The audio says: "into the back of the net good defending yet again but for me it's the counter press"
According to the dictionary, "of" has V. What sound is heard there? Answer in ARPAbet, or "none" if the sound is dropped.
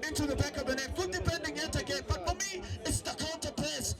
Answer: V